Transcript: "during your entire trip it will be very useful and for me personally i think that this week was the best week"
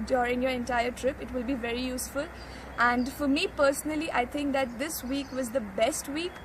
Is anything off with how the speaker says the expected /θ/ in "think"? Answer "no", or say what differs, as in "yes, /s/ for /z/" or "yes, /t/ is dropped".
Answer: yes, /t/ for /θ/